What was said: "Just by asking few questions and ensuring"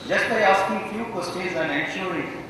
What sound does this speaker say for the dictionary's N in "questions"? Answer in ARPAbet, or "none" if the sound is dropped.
none